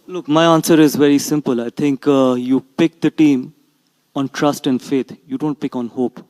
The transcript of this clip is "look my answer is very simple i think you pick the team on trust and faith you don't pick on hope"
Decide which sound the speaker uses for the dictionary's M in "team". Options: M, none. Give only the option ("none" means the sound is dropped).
M